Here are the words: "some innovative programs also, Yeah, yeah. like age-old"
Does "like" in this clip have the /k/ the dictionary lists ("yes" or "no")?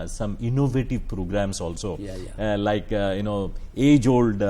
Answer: no